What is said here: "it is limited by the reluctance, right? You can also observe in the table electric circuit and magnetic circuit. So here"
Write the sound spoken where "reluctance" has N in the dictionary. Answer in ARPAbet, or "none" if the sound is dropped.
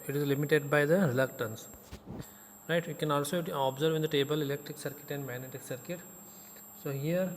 N